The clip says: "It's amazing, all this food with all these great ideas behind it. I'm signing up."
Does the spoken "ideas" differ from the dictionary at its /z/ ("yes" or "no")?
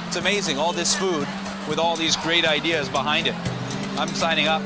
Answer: no